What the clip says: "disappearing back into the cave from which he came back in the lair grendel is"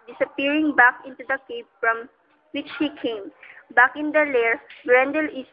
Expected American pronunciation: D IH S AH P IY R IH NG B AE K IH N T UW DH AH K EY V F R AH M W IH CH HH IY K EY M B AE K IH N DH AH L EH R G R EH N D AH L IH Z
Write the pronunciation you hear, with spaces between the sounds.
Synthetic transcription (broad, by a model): D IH S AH P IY R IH NG B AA K IH N T UW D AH K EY P F R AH M W IH CH HH IY K EY M B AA K IH N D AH L EH R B R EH N D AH L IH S